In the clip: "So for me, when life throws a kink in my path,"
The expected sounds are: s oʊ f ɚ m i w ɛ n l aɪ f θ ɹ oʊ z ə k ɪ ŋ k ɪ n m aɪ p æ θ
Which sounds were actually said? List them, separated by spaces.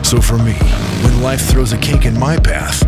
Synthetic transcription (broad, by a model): s oʊ f ɚ m i w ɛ n l aɪ f θ ɹ oʊ z ə k ɪ k ɪ n m aɪ p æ θ